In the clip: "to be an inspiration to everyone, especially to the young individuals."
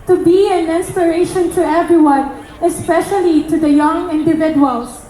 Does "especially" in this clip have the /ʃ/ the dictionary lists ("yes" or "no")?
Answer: yes